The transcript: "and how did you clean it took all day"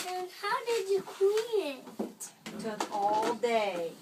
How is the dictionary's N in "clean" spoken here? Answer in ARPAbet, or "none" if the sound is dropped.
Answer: none